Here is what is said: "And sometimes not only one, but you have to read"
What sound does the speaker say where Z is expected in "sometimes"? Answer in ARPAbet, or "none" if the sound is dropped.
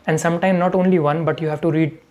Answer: none